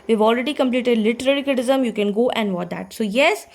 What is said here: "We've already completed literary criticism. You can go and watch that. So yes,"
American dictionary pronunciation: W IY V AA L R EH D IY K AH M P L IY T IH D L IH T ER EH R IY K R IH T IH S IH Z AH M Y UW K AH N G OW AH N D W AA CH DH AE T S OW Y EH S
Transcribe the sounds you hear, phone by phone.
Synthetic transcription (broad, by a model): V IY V AA L R EH D IY K AH M P L IY T IH D L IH T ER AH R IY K IH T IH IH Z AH M Y UW K AH N G OW AH N D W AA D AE T S OW Y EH S